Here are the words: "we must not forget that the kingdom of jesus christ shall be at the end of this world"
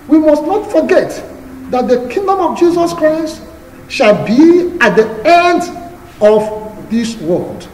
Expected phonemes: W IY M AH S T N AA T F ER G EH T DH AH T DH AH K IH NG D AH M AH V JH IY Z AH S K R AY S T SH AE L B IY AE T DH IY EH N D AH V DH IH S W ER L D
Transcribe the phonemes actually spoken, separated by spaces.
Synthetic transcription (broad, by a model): W IY M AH S T N AA T F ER G EH T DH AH T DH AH K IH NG D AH M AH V JH IY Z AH S K R AY S T SH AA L B IY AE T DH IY EH N D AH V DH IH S W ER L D